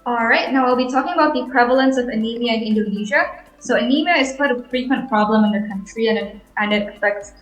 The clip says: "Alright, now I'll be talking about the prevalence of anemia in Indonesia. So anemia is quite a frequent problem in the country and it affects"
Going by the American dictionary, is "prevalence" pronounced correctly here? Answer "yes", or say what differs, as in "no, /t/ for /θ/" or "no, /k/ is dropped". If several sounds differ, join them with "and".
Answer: yes